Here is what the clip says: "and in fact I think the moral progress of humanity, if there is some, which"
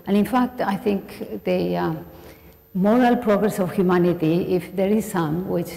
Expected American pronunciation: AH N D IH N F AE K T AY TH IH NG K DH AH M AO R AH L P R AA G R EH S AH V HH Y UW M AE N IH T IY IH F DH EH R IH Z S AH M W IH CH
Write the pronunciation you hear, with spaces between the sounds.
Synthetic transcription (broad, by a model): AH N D IH N F AE K T AY T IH NG K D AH M AO R AH L P R AA G R EH S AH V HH Y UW M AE N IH T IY IH F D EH R IH Z S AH M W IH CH